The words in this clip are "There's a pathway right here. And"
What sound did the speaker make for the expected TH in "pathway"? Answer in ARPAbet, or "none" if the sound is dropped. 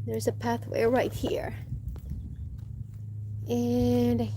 TH